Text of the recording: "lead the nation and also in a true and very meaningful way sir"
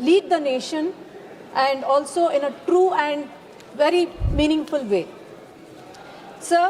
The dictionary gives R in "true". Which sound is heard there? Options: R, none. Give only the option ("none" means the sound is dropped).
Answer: R